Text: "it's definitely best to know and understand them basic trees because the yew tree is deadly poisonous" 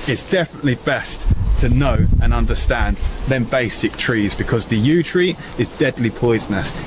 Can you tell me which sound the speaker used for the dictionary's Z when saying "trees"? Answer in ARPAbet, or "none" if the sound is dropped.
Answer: Z